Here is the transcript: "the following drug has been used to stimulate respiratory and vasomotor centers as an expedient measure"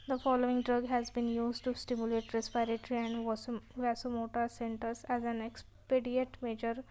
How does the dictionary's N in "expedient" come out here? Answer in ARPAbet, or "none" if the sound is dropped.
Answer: none